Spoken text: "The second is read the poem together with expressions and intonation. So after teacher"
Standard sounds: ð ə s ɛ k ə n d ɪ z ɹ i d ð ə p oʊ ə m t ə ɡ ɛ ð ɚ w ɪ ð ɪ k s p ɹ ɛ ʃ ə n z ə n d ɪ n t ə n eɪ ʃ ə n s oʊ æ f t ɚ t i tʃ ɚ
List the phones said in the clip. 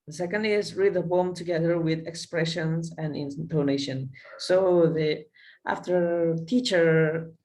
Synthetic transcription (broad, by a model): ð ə s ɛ k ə n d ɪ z ɹ i d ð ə b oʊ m t ə ɡ ɛ ð ɚ w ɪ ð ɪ k s p ɹ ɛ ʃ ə n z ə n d ɪ n t ə n eɪ ʃ ə n s oʊ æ f t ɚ t i tʃ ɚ